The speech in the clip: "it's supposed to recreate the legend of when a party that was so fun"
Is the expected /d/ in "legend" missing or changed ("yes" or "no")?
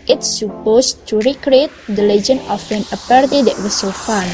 yes